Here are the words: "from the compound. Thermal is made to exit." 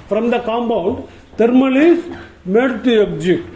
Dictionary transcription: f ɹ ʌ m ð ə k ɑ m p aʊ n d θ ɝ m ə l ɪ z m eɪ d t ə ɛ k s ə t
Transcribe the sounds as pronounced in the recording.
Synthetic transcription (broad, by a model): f ɹ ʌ m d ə k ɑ m b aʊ n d t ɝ m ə l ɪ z m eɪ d t ə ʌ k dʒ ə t